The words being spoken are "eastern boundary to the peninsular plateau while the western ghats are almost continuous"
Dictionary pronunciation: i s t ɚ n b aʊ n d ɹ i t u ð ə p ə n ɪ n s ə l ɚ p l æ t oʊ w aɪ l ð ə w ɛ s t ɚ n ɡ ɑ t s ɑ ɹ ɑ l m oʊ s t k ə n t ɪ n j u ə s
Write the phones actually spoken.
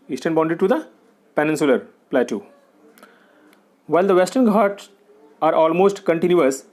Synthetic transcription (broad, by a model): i s t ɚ n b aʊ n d i t u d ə p ə n ɪ n s ə l ɚ p l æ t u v aɪ l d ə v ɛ s t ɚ n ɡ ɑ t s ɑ ɹ ɑ l m oʊ s t k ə n t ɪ n j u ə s